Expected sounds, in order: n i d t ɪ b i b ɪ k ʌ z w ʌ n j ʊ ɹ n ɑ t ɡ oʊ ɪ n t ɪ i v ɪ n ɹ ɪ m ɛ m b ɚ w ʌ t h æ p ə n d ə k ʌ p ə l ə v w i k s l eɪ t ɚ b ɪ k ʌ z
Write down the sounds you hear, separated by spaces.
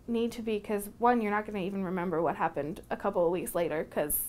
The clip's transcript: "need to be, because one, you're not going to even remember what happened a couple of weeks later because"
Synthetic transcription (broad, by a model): n i d t ɪ b i k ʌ z w ʌ n j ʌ ɹ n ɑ t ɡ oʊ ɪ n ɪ i v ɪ n ɹ ɪ m ɛ m b ɚ w ʌ t h æ p ə n d ə k ʌ p l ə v w i k s l eɪ t ɚ k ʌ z